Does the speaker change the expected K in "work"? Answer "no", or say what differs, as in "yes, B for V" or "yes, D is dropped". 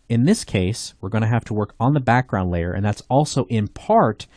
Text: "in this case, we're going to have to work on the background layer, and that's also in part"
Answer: no